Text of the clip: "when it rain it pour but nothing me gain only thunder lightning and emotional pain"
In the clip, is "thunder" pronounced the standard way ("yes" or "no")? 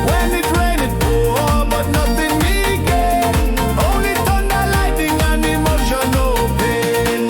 no